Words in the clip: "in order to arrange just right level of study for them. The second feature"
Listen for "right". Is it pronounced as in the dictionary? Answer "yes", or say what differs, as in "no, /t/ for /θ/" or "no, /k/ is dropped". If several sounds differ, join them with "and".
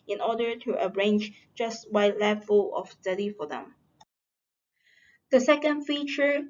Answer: no, /w/ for /ɹ/